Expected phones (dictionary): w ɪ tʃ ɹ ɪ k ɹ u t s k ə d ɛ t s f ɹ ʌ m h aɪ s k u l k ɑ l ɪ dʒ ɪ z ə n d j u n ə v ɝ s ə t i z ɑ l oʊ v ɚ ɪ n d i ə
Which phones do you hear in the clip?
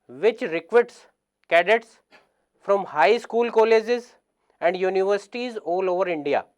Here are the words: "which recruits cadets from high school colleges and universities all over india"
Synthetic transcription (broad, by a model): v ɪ tʃ ɹ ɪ k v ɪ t s k ə d ɛ t s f ɹ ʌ m h aɪ s k u l k ɑ l ɪ dʒ ɪ z ə n d j u n ə v ɝ s ə t i z ɑ l oʊ v ɚ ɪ n d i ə